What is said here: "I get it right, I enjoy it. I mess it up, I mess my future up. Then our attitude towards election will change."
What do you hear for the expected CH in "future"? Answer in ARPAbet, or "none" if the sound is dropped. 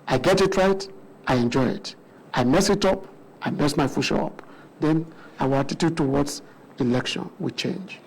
SH